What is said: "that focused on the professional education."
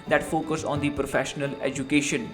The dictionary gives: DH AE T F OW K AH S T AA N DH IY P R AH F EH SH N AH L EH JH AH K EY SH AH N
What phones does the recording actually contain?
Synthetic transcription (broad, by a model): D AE T F OW K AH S AA N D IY P R AH F EH SH N AH L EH JH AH K EY SH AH N